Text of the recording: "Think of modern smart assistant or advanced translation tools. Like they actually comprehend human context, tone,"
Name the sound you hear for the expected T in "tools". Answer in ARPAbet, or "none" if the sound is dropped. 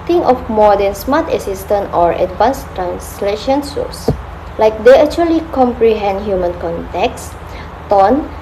S